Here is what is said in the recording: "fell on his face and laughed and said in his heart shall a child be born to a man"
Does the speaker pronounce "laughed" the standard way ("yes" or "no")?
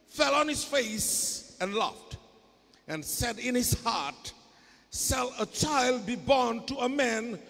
yes